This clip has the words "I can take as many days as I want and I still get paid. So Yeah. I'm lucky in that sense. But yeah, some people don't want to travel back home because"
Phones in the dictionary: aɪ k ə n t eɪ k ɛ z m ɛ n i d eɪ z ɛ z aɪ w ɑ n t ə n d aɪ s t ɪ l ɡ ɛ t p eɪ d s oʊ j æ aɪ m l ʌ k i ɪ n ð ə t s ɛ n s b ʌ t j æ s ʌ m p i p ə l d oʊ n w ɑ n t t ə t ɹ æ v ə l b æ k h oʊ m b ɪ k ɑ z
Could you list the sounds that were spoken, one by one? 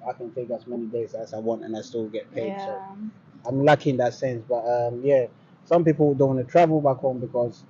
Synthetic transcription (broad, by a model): aɪ k ə n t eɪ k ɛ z m ɛ n i d eɪ z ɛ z aɪ w ɑ n t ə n aɪ s t ɪ l ɡ ɛ t p eɪ d s oʊ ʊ aɪ m l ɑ k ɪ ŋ ð ə t s ɛ n s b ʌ t j æ s ʌ m p i p l d oʊ n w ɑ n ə t ɹ æ v ə l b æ k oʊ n b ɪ k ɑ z